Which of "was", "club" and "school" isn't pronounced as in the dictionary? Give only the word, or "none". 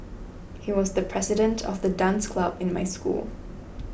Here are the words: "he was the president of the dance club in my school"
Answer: none